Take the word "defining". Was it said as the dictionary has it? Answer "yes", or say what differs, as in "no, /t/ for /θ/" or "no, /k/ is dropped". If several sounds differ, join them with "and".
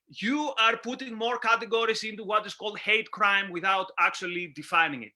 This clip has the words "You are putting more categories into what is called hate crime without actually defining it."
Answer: yes